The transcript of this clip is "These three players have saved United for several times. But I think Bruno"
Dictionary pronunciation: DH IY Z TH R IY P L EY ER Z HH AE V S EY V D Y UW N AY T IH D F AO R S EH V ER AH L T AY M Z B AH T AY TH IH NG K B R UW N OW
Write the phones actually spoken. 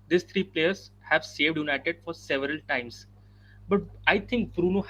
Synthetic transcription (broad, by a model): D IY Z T R IY P L EY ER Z HH AE V S EY V D Y UW N AY T IH D F AO R S EH V ER AH L T AY M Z B AH T AY T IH NG K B R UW N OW